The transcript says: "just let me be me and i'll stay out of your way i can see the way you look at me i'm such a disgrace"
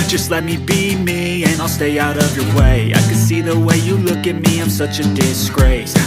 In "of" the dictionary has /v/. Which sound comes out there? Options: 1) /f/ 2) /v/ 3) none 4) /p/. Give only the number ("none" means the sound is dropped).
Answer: 2